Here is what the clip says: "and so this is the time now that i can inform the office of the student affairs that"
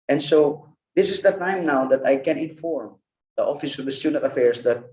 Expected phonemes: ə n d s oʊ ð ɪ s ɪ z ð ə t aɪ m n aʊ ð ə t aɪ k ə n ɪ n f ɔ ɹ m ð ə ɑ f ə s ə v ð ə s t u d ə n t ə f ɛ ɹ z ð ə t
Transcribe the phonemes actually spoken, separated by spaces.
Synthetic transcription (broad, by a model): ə n s oʊ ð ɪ s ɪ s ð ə t aɪ m n aʊ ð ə t aɪ k ə n ɪ n f ɔ ɹ m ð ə ɑ f ə s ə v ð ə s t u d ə t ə f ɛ ɹ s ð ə t